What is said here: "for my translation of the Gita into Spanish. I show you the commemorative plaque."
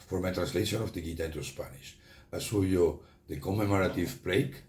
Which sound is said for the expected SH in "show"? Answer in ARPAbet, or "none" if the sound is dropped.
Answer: S